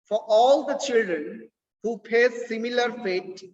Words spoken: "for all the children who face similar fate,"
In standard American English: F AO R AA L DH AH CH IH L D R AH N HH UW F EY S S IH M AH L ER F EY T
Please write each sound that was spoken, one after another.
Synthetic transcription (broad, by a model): F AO R AA L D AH CH IH L D R AH N HH UW P EY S S IH M AH L ER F EY T